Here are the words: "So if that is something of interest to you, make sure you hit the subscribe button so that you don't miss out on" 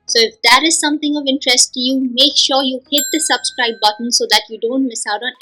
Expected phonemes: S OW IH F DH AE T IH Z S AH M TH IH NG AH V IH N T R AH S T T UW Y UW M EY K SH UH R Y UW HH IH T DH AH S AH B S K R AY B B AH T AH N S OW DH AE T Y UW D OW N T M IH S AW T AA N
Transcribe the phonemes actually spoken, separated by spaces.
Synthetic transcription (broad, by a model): S OW IH F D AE T IH Z S AH M T IH NG AH V IH N T R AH S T T UW Y UW M EY K SH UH R Y UW HH IH T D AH S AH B S K R AY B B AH T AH N S OW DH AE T Y UW D OW N T M IH S AW T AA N